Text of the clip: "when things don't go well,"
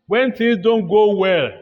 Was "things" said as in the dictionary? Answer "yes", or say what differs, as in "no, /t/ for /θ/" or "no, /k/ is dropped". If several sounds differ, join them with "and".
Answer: no, /t/ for /θ/ and /ŋ/ is dropped